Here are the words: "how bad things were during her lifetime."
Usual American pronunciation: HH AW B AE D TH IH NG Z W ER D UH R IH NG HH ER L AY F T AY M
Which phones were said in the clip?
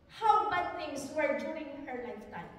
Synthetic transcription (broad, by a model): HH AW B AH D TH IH NG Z W ER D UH IH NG HH ER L AY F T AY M